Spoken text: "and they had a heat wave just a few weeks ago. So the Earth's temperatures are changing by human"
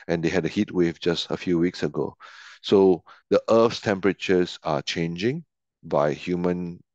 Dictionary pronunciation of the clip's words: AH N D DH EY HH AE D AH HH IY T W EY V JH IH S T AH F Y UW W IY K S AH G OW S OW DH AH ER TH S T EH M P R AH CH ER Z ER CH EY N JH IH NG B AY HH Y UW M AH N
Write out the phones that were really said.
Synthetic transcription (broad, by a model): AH N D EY HH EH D AH HH IY T W EY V JH IH S T AH F Y UW W IY K S AH G OW S OW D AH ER F S T EH M P R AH CH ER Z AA CH EY N JH IH NG B AY HH Y UW M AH N